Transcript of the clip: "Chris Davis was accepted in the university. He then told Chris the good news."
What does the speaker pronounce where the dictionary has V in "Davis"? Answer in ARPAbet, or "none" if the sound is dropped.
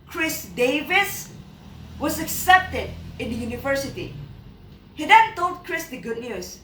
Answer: V